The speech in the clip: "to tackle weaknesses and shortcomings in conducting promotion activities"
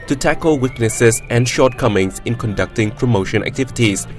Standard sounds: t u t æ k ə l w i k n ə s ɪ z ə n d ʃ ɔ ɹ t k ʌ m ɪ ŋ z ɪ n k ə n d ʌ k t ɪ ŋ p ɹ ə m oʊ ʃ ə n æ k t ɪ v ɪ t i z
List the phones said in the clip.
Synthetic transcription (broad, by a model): t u t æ k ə l w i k n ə s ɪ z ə n ʃ ɔ t k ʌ m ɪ ŋ s ɪ n k ə n d ʌ k t ɪ ŋ p ɹ ə m oʊ ʃ ə n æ k t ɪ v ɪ t i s